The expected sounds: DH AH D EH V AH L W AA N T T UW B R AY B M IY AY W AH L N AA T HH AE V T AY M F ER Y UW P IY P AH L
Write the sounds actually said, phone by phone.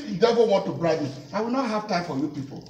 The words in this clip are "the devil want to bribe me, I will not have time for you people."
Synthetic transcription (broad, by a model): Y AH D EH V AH N W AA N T T UW B R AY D M IY AY W AH L N AA T HH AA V T AY M F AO Y UW P IY P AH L